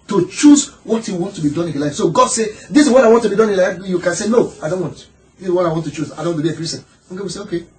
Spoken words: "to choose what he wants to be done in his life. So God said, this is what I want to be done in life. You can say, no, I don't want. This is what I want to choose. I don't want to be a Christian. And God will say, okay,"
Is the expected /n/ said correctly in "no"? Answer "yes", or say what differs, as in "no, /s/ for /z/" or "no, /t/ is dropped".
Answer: yes